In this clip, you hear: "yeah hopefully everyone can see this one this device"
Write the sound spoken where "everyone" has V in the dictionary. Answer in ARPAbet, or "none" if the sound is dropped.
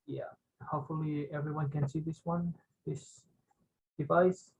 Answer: V